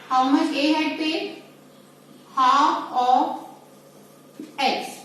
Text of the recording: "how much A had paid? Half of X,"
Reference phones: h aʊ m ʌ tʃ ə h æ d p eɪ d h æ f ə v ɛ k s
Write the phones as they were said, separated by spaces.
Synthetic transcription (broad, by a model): h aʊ m ʌ tʃ ə h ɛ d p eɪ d h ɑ ə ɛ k s